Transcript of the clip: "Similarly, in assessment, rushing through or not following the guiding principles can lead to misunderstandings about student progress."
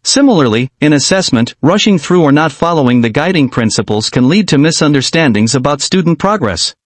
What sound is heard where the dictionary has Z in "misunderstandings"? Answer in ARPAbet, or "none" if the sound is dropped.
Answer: Z